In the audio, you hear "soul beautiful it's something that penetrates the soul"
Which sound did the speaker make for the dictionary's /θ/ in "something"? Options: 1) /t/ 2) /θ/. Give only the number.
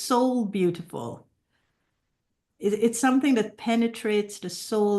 2